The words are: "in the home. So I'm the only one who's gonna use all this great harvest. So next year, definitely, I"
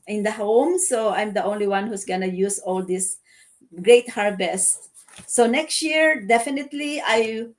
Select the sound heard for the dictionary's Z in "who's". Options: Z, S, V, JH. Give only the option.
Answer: S